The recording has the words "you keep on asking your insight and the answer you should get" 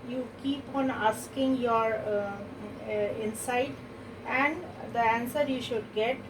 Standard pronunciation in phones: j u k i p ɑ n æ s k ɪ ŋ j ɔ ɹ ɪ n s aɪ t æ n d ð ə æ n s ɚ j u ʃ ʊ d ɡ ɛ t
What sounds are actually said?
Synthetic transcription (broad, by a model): j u k i p ɑ n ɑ s k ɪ ŋ j ɔ ɹ ɪ n s aɪ t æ n d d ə æ n s ɚ j u ʃ ʊ d ɡ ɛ t